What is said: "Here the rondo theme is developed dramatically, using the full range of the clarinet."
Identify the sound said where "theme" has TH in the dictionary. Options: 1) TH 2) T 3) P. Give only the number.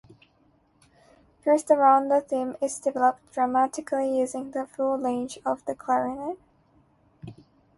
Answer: 1